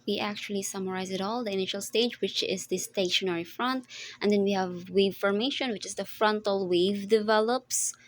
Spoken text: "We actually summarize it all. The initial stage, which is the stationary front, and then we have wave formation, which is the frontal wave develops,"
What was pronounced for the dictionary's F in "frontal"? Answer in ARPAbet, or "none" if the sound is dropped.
F